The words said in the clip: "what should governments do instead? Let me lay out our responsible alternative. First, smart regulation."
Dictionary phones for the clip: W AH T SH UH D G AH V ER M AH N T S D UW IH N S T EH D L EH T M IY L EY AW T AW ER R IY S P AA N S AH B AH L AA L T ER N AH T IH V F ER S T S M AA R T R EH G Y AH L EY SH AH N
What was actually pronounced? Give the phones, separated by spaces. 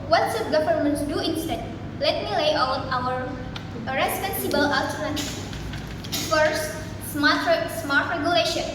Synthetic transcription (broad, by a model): W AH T S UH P G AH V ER M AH N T D UW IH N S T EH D L EH T M IY L EY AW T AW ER R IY S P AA N S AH B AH L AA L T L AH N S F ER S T S M AA R T R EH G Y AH L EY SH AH N